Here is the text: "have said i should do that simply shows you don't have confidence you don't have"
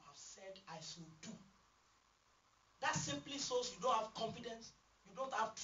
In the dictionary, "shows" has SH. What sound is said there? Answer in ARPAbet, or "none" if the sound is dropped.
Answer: S